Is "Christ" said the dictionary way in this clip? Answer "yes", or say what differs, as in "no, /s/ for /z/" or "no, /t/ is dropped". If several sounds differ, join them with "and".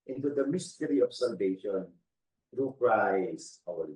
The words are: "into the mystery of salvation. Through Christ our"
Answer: no, /t/ is dropped